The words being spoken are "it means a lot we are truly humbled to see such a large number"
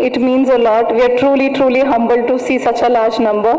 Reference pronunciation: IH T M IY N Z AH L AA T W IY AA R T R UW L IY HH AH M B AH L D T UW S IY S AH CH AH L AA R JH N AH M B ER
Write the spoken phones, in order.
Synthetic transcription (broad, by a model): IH T M IY N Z AH L AA T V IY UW L T R UW L IY HH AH M B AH L T UW S IY S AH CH AH L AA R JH N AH M B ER